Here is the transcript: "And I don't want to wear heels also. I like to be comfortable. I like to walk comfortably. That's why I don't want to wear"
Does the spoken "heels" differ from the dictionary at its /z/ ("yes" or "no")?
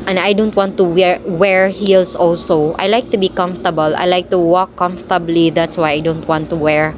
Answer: yes